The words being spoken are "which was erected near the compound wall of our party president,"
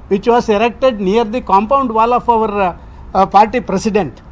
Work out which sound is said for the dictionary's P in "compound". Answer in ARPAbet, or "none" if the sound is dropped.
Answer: P